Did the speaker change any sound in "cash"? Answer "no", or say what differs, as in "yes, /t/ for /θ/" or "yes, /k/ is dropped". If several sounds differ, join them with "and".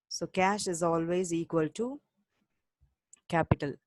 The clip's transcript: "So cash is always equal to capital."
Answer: no